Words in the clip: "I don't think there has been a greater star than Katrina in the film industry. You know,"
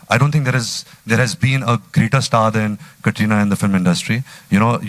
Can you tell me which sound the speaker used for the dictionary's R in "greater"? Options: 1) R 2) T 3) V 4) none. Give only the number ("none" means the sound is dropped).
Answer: 1